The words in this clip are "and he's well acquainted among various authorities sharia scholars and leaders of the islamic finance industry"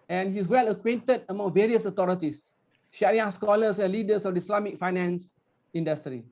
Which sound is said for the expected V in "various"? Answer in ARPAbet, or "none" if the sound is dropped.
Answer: V